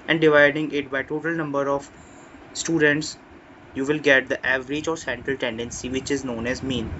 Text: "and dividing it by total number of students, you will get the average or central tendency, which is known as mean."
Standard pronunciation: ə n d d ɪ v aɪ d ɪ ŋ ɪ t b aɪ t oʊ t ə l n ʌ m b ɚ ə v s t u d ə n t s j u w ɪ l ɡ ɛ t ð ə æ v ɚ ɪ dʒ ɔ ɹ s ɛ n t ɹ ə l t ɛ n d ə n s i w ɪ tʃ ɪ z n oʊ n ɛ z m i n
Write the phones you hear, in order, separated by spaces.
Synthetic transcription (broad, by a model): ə n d d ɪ v aɪ d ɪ ŋ ɪ t b aɪ t oʊ t ə l n ʌ m b ɚ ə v s t u d ə n t s j u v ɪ l ɡ ɛ t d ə æ v ɚ ɪ dʒ ɔ ɹ s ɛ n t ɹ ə l t ɛ n d ə n s i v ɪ tʃ ɪ z n oʊ n ɛ z m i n